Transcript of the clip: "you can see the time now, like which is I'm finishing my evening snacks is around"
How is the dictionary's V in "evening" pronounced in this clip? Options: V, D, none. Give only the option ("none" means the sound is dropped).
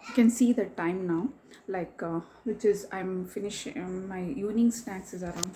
none